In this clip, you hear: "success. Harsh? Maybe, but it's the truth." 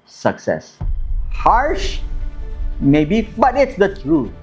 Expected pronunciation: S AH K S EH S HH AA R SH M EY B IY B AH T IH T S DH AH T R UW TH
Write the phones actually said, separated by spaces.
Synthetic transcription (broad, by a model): S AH K S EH S HH AA R SH M EY B IY B AH T IH T S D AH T R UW